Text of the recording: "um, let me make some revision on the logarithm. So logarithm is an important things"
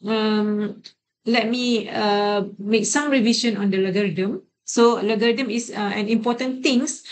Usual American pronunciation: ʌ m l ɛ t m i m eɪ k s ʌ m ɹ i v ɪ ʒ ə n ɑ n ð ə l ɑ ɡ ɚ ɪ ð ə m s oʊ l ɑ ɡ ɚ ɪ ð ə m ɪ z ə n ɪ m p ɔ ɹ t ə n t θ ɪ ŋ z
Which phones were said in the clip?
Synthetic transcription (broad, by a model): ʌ m l ɛ t m i m eɪ k s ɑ m ɹ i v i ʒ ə n ɑ n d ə l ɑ ɡ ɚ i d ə m s oʊ l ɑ ɡ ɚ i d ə m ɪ s ə n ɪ m p ɔ t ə n t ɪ ŋ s